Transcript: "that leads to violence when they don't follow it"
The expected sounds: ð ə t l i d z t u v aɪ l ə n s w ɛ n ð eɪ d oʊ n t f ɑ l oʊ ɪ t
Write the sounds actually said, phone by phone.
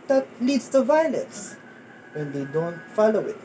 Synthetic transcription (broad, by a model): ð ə t l i d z t u v aɪ l ə n s w ɛ n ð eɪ d oʊ n t f ɑ l oʊ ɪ t